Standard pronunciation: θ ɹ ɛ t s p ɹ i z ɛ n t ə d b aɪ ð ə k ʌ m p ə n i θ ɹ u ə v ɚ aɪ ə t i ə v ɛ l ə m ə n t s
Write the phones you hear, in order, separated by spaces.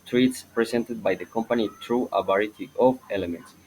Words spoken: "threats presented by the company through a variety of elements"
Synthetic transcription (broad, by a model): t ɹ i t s p ɹ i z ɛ n t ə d b aɪ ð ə k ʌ m p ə n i t ɹ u ə b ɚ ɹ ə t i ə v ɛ l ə m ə n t s